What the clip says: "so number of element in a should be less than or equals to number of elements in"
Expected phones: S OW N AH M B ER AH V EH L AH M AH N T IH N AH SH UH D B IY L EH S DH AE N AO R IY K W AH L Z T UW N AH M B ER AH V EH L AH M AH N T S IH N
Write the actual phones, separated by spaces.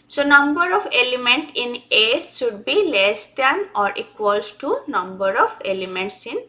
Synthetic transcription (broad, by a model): S OW N AH M B ER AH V EH L AH M AH N T IH N AH S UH D B IY L EH S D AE N AO R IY K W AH L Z T UW N AH M B ER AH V EH L AH M AH N T S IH N